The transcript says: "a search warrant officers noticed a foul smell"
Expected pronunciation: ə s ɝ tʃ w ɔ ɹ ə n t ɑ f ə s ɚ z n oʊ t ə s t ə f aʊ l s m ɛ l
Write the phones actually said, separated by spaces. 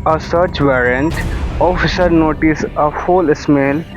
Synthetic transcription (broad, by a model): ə s ɝ tʃ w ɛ ɹ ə n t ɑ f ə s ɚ n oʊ t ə s ə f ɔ l s m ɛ l